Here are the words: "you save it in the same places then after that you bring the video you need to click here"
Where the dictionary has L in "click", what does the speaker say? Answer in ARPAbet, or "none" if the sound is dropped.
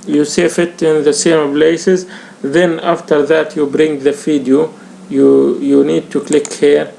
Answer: L